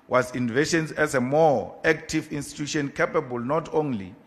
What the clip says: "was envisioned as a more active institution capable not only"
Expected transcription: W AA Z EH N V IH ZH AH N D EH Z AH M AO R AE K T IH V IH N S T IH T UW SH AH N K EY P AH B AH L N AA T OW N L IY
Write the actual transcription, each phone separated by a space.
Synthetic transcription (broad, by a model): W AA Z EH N V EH SH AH N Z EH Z AH M AO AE K T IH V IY N S T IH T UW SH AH N K EY P AH B AH L N AA T OW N L IY